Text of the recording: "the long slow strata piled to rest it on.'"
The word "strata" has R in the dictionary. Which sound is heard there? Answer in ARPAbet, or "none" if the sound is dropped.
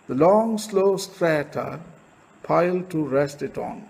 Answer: R